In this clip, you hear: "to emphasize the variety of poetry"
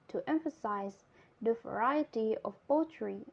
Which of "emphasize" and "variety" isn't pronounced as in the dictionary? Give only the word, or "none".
none